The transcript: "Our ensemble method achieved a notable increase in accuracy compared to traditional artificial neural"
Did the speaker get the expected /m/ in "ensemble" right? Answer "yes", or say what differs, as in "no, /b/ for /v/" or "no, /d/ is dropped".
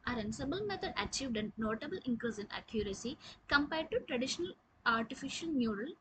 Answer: no, /m/ is dropped